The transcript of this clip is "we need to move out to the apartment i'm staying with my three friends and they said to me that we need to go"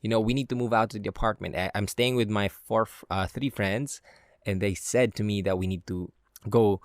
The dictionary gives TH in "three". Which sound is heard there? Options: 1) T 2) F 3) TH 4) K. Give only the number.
3